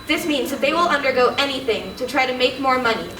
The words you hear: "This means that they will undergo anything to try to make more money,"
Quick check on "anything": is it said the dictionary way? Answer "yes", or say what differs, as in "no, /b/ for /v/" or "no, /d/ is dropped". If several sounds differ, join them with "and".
yes